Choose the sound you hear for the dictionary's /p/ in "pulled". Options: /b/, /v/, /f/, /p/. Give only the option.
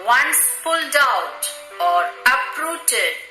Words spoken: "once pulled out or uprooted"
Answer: /f/